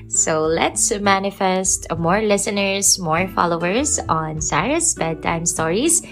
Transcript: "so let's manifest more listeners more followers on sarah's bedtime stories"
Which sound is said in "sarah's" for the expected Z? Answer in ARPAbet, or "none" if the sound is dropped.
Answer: S